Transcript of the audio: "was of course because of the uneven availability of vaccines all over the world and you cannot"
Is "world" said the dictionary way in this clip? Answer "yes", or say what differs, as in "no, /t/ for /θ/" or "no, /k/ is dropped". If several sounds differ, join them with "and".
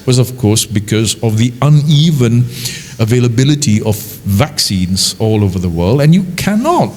yes